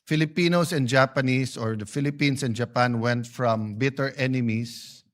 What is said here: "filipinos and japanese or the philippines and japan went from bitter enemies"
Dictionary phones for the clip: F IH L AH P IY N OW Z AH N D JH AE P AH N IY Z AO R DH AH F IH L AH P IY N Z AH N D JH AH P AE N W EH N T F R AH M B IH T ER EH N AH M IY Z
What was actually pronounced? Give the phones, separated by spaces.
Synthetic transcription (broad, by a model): F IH L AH P IY N OW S AH N D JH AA P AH N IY S AO R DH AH F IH L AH P IY N S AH N JH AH P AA N W EH N T F R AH M B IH T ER EH N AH M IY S